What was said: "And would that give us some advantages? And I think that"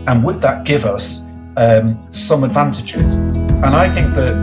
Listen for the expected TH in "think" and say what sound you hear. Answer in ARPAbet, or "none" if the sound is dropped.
TH